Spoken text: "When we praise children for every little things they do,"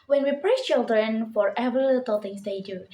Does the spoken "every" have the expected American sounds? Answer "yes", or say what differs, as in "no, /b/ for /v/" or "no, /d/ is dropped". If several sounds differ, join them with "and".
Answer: no, /ɹ/ is dropped